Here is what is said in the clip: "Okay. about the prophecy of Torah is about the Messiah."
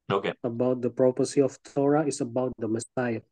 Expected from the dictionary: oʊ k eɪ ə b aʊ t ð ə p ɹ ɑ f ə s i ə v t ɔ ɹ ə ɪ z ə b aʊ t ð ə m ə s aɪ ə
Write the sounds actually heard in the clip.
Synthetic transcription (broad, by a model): oʊ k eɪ ə b aʊ t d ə p ɹ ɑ p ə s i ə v t ɔ ɹ ə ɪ s ə b aʊ t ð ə m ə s aɪ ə